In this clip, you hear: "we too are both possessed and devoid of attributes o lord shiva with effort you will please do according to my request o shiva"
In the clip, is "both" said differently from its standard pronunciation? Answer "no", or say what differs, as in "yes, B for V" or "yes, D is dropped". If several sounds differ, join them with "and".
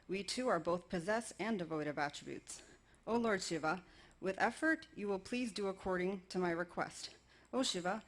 no